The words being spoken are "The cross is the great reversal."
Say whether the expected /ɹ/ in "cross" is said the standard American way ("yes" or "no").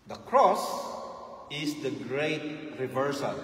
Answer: yes